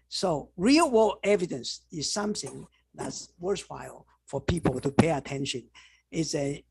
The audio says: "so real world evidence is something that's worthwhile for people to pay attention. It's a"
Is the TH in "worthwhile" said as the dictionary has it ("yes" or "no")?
no